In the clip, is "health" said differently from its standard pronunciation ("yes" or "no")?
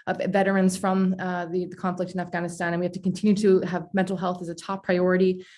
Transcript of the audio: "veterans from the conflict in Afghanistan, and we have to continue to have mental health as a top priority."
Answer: no